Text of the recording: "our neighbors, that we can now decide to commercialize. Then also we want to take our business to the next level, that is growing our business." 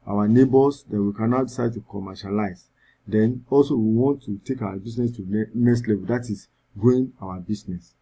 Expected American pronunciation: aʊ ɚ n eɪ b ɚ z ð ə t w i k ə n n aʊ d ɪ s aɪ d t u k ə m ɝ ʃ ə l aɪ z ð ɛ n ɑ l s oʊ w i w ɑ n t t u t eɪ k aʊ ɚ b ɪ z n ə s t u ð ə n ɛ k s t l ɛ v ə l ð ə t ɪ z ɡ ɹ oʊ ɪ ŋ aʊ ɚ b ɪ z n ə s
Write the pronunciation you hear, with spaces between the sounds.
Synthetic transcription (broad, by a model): aʊ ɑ n eɪ b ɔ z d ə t w i k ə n n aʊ d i s aɪ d t u k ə m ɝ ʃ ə l aɪ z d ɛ n ɑ l s oʊ w i w ɑ n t t u t eɪ k aʊ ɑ b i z n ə s t u n ɛ k s t l ɛ v ə l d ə t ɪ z ɡ oʊ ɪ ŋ aʊ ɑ b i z n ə s